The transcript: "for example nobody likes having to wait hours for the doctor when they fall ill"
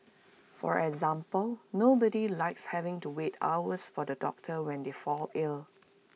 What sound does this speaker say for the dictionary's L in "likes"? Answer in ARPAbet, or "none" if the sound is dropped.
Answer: L